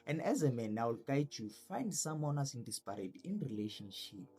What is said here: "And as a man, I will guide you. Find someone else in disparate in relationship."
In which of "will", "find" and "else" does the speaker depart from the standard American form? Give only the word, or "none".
else